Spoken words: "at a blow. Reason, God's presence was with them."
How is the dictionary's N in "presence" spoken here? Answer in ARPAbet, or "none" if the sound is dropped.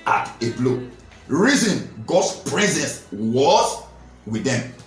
N